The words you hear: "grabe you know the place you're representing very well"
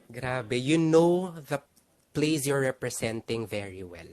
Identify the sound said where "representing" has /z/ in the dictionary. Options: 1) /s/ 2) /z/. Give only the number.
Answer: 1